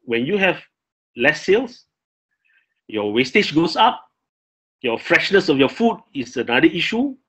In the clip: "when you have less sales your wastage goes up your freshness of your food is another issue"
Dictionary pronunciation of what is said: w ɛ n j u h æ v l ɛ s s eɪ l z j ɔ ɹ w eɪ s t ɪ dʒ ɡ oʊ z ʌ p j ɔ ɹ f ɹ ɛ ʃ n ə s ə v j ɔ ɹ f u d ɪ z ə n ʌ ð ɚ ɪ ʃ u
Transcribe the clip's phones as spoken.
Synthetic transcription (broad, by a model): w ɛ n j u h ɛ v l ɛ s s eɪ l s j ɔ w eɪ s t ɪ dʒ ɡ oʊ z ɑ p j ɔ f ɹ ɛ ʃ n ə s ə f j ɔ f u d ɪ s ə n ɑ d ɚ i ʃ u